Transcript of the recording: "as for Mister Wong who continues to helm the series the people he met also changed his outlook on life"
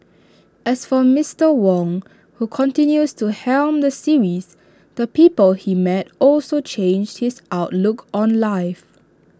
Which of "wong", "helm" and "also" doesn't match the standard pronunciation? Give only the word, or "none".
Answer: none